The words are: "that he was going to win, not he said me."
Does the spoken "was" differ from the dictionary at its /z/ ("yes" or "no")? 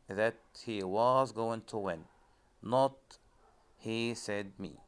no